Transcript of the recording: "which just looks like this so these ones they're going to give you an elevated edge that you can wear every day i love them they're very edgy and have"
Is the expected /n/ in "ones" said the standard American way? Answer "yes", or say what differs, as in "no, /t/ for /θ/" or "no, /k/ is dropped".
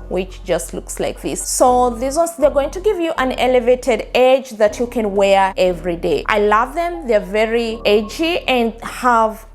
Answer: no, /n/ is dropped